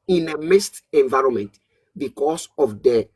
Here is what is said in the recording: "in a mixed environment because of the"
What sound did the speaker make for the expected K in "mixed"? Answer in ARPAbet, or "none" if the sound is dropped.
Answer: none